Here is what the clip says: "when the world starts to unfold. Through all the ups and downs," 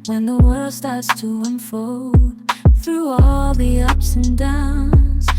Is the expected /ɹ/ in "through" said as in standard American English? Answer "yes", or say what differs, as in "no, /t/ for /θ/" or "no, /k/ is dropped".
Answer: yes